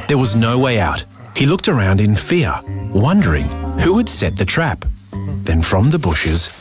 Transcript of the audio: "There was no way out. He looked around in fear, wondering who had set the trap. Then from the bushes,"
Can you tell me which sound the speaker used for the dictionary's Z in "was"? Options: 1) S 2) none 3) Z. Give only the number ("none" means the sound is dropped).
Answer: 3